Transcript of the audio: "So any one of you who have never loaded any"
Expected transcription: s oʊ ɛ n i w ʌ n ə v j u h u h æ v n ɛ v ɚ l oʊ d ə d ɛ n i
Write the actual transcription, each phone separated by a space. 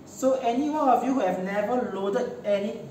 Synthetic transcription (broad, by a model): s oʊ ɛ n i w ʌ ə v j u h u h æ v n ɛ v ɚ l oʊ d ə d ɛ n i